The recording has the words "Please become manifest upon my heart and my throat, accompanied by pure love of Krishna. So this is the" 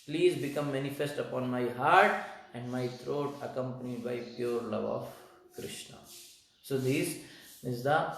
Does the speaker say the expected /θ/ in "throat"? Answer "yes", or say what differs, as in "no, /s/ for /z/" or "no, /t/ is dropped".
no, /t/ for /θ/